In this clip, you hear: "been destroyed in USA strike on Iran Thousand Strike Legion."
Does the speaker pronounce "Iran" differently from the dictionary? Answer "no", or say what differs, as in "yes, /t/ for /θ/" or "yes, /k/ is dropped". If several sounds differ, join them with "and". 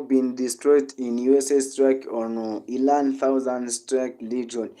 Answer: yes, /l/ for /ɹ/